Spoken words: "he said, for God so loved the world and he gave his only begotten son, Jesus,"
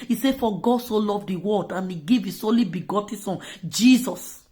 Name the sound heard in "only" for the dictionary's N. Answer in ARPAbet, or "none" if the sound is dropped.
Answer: none